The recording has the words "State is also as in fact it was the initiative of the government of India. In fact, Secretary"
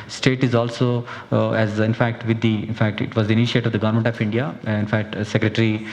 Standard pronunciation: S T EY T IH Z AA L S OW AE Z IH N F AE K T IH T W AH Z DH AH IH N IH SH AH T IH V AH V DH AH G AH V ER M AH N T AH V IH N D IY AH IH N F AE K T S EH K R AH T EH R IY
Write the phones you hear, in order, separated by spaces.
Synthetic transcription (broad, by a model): S T EY T IH Z AA L S OW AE Z IH N F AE K T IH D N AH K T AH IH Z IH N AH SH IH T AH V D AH G AH V ER M AH N T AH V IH N D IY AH IH N F AE K T S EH K R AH T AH R IY